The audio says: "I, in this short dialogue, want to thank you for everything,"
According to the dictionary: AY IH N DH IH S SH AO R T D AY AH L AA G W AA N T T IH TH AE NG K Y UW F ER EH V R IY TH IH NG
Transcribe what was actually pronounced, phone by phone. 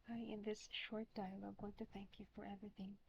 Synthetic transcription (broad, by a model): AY IH N DH IH S SH AO R T D AY AH L AA G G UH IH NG T IH TH AE NG K Y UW F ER EH V R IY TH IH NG